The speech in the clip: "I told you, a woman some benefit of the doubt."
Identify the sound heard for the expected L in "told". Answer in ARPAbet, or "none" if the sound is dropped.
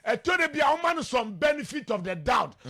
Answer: none